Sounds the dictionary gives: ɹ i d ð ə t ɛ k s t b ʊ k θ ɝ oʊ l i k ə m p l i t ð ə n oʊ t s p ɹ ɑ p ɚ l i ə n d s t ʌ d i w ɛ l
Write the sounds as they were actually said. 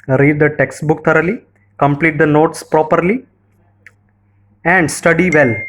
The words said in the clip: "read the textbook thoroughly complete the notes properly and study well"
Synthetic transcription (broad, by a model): ɹ i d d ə t ɛ k s t b ʊ k t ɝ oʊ l i k ə m p l i t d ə n oʊ t s p ɹ ɑ p ɚ l i ə n d s t ʌ d i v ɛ l